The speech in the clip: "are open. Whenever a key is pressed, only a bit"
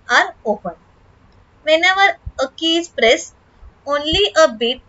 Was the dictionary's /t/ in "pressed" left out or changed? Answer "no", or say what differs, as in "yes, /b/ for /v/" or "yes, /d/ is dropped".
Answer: yes, /t/ is dropped